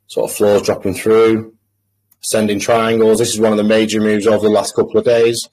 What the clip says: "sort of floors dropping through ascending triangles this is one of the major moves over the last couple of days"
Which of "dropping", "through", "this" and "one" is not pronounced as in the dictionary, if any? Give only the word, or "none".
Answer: none